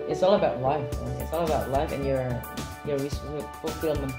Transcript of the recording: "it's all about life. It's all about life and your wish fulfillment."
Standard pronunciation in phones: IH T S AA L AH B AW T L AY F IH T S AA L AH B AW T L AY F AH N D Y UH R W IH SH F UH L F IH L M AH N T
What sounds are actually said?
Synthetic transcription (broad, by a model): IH T S AA L AH B AW T L AY F IH T S AA L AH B AW T L AY F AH N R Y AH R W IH S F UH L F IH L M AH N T